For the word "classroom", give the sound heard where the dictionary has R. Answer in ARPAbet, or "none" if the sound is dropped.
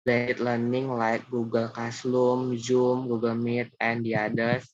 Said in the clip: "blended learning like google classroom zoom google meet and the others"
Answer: L